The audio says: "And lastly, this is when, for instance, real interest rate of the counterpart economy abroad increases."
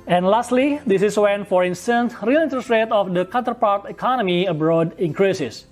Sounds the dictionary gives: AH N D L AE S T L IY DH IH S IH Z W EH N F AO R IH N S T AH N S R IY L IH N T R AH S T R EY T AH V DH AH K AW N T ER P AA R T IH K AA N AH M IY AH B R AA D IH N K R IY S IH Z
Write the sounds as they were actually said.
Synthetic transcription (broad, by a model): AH N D L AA S T L IY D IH S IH S W EH N F AO R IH N S T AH N S R IY L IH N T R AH S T R EY T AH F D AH K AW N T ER P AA R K IH K AA N AH M IY AH B R AA D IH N K R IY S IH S